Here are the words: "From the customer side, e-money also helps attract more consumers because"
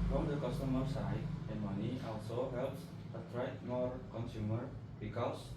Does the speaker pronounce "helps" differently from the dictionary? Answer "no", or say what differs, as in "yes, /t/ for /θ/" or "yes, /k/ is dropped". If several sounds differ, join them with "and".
no